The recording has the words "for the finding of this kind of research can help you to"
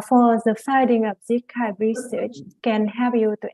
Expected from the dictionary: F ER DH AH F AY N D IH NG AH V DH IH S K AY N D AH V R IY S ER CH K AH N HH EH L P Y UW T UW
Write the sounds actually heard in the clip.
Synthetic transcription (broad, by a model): F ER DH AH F AY D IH NG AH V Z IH K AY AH R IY S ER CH K AH N HH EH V Y UW T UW